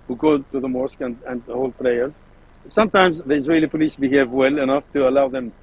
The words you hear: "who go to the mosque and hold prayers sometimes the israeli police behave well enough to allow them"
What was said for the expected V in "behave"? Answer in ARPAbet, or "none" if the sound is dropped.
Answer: V